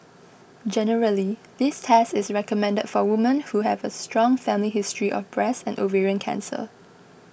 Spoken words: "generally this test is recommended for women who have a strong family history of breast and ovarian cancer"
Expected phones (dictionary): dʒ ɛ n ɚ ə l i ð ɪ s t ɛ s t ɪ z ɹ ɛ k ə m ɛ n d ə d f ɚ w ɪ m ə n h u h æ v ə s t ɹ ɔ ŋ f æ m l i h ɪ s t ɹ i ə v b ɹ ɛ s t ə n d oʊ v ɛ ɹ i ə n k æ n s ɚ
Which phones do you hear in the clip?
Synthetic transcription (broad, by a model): dʒ ɛ n ɚ ə l i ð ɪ s t ɛ s t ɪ s ɹ ɛ k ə m ɛ n d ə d f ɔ w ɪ m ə n h u h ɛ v ə s t ɹ ɔ ŋ f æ m l i h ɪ s t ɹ i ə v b ɹ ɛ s ə n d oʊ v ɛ ɹ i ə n k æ n s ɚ